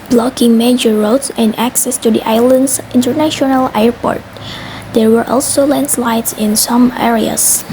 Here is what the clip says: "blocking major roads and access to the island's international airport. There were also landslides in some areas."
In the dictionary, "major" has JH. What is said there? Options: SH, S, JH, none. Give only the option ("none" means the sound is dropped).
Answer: JH